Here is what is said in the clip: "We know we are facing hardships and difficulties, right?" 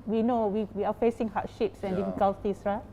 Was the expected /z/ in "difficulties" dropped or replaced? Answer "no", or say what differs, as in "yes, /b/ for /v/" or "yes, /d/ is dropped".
yes, /s/ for /z/